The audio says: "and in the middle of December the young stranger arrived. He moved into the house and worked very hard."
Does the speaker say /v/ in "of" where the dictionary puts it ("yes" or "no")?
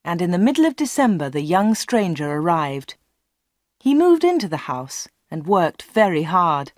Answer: yes